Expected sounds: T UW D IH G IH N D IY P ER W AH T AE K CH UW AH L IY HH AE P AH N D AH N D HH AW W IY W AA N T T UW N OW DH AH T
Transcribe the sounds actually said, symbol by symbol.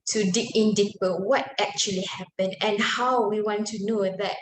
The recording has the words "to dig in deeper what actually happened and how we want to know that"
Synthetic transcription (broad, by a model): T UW D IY IH N D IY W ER W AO T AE K CH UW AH L IY HH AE P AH N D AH N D HH AW W IY W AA N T T UW N OW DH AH T